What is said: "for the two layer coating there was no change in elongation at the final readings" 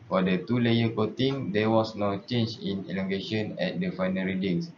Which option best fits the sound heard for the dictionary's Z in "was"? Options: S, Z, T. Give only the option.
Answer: S